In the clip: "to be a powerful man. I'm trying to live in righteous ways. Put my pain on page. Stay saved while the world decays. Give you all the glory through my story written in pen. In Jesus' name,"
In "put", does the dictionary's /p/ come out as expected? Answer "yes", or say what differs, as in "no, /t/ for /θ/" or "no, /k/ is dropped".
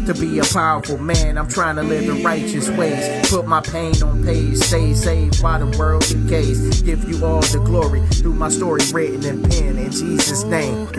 yes